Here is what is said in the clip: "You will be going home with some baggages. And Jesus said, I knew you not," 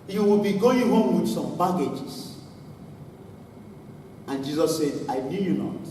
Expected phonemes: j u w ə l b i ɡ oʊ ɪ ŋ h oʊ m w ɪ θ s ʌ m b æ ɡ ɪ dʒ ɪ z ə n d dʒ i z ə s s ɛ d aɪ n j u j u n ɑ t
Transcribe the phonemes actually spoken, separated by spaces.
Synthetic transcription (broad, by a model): j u w ə l b i ɡ oʊ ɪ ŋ h oʊ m w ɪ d s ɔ m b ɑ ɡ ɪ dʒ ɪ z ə n dʒ i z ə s s ɛ d aɪ n j u j u n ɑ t